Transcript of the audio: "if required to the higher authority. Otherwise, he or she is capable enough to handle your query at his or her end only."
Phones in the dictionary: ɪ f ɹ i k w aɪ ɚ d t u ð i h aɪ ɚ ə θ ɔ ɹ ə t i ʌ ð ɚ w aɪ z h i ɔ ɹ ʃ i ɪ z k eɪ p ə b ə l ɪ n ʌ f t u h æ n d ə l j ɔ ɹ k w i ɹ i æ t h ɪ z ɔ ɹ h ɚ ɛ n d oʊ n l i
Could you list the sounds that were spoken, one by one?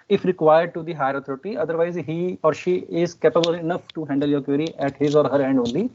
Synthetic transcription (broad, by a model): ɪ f ɹ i k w aɪ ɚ d t u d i h aɪ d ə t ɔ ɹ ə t i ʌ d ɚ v aɪ z h i ɔ ɹ ʃ i ɪ z k eɪ p ə b ə l ɪ n ʌ f t u h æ n d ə l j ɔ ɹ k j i ɹ i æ t h ɪ z ɔ ɹ h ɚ ɛ n d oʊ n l i